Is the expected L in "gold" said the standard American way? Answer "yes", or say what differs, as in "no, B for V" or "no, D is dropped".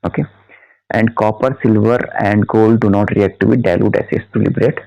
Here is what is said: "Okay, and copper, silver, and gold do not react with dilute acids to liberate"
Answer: yes